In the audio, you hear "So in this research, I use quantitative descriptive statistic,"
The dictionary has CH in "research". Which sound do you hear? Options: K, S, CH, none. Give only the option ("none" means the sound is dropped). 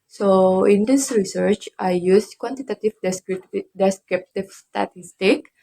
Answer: CH